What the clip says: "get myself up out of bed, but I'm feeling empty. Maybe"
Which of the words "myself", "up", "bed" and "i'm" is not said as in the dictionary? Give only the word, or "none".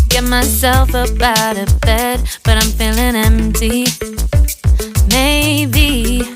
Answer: up